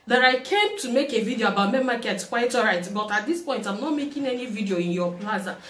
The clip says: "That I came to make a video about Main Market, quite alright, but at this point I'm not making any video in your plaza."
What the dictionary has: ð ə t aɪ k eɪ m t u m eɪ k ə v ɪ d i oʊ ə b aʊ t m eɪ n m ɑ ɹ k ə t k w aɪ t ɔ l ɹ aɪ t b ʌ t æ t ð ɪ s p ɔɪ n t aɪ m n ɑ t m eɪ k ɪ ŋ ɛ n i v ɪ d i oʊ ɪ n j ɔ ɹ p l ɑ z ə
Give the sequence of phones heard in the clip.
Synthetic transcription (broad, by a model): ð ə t aɪ k eɪ m t u m eɪ k ə v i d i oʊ ə b aʊ t m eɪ m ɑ k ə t k w aɪ t ɔ ɹ aɪ t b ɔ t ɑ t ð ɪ s p ɔɪ n t aɪ m n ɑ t m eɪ k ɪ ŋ ɛ n i v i d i oʊ ɪ n j ɔ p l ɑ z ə